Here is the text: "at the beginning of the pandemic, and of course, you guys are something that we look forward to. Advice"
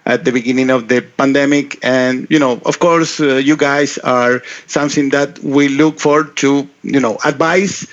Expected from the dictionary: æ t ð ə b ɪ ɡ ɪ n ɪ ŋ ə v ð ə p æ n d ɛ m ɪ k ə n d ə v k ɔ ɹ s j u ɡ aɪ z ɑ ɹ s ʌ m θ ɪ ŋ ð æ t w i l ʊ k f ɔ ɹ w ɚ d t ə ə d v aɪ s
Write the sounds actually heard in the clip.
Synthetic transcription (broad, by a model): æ t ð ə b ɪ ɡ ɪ n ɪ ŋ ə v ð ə p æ n d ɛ m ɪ k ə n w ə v k ɔ ɹ s j u ɡ aɪ s ɑ ɹ s ʌ m θ ɪ ŋ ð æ t w i l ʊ k f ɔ ɹ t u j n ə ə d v aɪ s